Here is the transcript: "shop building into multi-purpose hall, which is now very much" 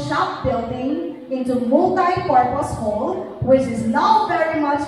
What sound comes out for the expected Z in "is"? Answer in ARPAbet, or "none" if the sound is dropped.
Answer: Z